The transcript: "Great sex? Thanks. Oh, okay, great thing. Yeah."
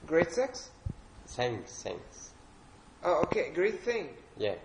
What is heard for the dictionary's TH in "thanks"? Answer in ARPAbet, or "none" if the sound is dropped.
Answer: S